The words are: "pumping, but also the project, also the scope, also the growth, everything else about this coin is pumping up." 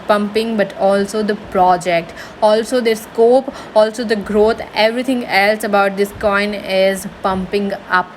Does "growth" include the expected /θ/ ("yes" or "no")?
no